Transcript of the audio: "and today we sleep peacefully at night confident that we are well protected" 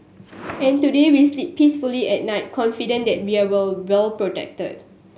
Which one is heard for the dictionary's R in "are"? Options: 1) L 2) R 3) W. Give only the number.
1